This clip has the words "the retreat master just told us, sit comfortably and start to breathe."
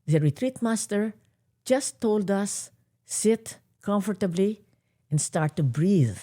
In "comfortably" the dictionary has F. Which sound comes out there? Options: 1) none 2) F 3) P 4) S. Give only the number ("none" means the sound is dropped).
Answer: 2